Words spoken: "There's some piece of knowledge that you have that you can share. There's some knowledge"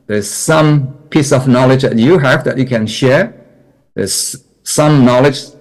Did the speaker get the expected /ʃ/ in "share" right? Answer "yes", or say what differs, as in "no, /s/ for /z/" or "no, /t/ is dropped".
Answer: yes